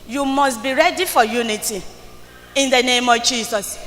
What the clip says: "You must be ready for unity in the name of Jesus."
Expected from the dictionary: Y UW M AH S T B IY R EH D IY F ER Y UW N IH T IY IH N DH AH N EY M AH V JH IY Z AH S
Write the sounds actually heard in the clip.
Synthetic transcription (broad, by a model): Y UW M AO S T B IY R EH D IY F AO Y UW N IH T IY IH N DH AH N EY M AH V JH IY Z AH S